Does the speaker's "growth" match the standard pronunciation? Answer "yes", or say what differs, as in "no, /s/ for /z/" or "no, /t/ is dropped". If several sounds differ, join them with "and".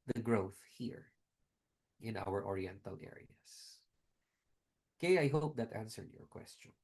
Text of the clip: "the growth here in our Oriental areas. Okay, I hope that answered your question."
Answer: yes